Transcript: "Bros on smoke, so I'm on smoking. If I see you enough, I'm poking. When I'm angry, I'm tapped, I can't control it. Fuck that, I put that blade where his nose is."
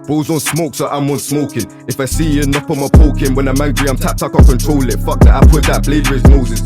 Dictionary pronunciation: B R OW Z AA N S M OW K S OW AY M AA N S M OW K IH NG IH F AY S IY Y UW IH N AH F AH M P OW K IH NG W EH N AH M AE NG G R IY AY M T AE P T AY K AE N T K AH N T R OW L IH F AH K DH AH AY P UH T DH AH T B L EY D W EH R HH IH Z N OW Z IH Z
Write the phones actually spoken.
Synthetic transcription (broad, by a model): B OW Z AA N S M OW K S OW AY M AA N S M OW K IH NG IH F AY S IY Y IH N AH P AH M P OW K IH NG W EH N AH M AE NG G R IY AY M T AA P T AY K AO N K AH N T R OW L IH F AH K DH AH AY P UH T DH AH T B L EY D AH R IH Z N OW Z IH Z